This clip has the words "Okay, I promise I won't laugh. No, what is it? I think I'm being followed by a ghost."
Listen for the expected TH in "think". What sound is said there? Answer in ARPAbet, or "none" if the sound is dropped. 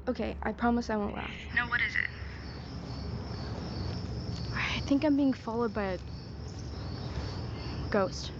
TH